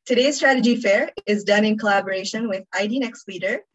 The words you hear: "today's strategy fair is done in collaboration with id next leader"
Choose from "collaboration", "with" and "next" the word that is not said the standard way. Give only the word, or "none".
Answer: none